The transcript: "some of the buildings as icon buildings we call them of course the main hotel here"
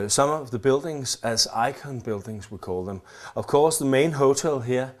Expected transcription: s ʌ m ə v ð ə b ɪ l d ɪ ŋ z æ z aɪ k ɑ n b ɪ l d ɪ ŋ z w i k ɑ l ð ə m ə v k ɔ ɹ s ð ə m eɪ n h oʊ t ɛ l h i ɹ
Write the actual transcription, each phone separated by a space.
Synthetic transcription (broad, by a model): s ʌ m ə v ð ə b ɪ l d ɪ ŋ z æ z aɪ k ɑ n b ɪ l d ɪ ŋ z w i k ɑ l ð ə m ə v k ɔ s ð ə m eɪ n h oʊ s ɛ l h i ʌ